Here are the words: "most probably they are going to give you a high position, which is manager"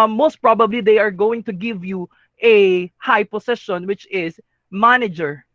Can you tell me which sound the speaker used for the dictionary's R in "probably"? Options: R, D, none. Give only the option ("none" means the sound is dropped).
R